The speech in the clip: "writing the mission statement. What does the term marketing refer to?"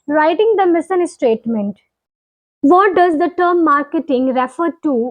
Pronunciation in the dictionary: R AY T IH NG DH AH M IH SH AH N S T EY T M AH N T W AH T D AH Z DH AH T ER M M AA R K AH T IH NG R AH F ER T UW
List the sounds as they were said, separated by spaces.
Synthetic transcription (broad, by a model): R AY T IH NG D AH M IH S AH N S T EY T M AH N T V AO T D AH Z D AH T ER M M AA R K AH T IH NG R AH F ER T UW